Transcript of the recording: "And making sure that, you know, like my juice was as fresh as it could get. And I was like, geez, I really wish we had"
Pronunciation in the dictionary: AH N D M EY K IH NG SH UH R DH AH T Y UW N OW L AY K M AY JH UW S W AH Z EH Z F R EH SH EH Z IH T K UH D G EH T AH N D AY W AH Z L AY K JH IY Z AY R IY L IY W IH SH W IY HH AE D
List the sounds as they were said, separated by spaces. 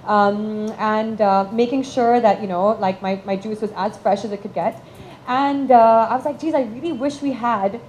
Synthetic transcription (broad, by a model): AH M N M EY K IH NG SH UH R DH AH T Y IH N OW L AY K M AY JH UW S W AH Z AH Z F R EH SH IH Z IH T K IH D G EH T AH N D AY W AH Z L AY K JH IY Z AY R IY L IY W IH SH W IY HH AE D